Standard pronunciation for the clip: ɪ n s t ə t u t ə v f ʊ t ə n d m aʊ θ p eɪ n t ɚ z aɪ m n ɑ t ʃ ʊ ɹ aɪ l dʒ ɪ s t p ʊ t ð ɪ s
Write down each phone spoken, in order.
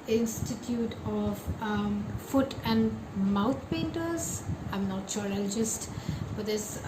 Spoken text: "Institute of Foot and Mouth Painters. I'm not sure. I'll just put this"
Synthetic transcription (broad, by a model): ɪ n s t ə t u t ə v f ʊ t ə n d m aʊ t p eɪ n t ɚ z aɪ m n ɑ t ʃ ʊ ɹ aɪ l dʒ ɪ s t f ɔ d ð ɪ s